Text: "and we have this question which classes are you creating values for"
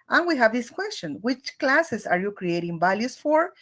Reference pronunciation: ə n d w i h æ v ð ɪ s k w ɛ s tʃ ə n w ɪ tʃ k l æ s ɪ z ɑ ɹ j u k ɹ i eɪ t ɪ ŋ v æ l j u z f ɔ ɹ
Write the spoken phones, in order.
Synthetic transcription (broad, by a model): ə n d w i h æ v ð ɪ s k w ɛ s tʃ ə n w ɪ tʃ k l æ s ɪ s ɑ ɹ j u k ɹ i eɪ t ɪ ŋ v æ l j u s f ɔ ɹ